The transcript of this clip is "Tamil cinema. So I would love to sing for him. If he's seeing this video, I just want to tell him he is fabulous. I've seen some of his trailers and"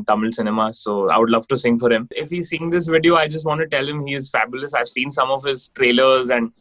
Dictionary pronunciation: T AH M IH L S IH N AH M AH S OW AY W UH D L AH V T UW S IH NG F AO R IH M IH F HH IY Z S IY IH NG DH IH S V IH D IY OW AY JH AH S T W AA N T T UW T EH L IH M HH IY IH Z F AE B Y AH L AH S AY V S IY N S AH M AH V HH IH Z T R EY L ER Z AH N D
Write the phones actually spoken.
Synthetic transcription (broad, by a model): T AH M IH L S IH N AH M AH S OW AY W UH D L AH V T UW S IH NG F AO R IH M IH F HH IY Z S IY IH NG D IH S V IH D IY OW AY JH AH S T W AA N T T UW T EH L IH M HH IY IH Z F AE B Y AH L AH S AY V S IY N S AH M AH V HH IH Z T R EY L ER Z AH N D